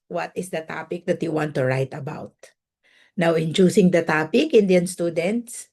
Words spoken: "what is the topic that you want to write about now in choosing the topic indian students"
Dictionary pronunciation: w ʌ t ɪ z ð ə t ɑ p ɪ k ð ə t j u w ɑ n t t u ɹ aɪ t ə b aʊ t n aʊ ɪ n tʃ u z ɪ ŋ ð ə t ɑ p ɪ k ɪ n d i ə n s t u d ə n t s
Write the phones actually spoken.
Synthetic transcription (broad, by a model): w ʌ t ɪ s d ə t ɑ p ɪ k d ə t j u w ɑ n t t u ɹ aɪ t ə b aʊ t n aʊ ɪ n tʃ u s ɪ ŋ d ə t ɑ p ɪ k ɪ n d i ə n s t u d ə n t s